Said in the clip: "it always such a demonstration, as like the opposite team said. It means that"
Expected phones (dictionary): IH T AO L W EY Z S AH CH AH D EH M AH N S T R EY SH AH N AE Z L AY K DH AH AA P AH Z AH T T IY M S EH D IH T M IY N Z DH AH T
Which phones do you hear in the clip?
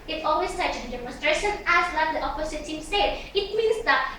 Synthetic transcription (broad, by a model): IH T AO L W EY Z S AH CH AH D EH M AH N S T R EY SH AH N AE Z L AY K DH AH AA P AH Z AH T S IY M S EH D IH T M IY N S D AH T